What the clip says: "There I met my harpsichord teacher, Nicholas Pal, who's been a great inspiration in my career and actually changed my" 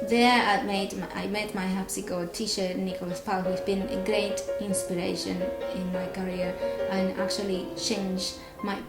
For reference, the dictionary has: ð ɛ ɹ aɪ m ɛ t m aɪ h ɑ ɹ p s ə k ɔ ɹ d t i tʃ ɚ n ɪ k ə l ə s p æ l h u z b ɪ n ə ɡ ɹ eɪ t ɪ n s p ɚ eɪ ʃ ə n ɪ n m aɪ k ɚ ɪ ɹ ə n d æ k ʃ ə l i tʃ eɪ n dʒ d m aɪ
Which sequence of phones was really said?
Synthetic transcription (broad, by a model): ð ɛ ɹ aɪ m ɛ t m aɪ h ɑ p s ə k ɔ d t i ʃ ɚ n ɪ k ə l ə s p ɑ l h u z b ɪ n ə ɡ ɹ eɪ t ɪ n s p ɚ eɪ ʃ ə n ɪ n m aɪ k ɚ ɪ ɹ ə n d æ k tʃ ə l i tʃ eɪ n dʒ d m aɪ